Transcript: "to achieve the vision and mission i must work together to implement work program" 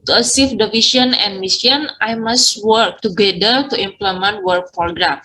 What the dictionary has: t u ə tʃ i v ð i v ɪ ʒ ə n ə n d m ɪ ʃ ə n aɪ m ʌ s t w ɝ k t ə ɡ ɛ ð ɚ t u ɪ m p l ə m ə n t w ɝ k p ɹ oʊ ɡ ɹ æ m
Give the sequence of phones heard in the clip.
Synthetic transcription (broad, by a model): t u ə s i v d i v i s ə n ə n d m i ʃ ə n aɪ m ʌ s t w ɝ k t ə ɡ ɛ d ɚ t u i m p l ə m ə n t w ɝ k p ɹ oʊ ɡ ɹ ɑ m